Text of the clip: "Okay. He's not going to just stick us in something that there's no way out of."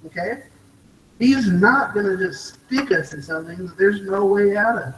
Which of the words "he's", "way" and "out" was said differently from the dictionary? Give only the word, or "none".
none